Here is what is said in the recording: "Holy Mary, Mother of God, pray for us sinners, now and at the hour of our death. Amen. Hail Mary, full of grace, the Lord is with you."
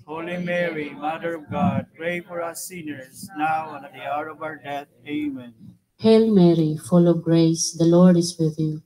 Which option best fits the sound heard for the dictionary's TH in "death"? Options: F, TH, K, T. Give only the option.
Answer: T